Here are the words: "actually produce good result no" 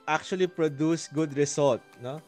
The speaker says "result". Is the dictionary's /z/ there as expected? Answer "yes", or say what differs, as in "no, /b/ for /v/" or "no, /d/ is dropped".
no, /s/ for /z/